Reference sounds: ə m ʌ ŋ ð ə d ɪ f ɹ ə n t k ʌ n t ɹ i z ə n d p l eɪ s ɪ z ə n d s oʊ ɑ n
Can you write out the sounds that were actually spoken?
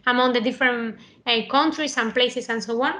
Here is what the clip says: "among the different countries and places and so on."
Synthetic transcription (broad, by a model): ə m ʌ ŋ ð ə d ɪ f ɹ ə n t k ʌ n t ɹ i s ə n p l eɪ s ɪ s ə n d s oʊ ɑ n